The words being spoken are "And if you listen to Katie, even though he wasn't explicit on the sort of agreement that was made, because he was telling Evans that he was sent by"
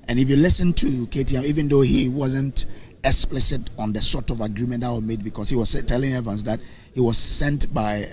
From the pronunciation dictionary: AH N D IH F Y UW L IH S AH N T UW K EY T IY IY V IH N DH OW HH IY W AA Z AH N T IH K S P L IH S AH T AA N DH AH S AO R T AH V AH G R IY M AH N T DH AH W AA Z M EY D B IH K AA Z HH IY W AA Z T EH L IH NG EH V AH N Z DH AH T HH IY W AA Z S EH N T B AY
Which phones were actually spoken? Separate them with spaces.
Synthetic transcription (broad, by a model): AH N IH F Y UW L IH S AH N T UW K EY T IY IY V IH N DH OW HH IY W AA Z AH N T IH K S P L IH S AH T AA N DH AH S AO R T AH V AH G R IY M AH N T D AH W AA M EY D B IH K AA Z HH IY W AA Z T EH L IH NG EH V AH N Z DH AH T HH IY W AA Z S EH N T B AY